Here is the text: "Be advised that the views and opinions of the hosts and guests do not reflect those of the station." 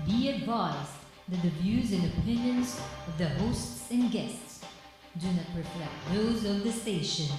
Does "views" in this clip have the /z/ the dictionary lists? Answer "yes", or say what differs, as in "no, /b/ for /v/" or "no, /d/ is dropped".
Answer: yes